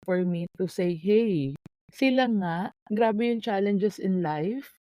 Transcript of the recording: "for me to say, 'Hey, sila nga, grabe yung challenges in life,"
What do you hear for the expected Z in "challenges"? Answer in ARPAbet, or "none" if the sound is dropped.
S